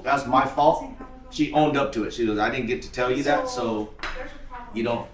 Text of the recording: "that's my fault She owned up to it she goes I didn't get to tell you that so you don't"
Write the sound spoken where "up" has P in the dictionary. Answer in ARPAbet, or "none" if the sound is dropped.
P